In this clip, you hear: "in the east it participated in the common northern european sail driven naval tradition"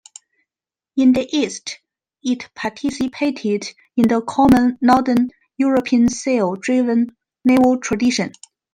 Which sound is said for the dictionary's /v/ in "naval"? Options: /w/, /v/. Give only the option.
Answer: /w/